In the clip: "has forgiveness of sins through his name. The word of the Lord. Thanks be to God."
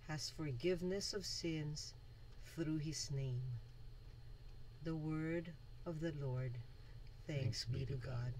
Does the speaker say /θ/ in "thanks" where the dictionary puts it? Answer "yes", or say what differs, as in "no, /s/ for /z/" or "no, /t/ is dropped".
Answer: yes